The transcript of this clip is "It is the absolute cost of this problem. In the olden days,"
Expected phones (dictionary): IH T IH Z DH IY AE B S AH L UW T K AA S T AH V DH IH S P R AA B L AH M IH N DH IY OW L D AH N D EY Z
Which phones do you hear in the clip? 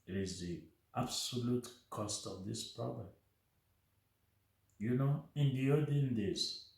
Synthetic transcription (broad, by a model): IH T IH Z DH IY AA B S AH L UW T K AA S T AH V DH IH S P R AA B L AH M IH N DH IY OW D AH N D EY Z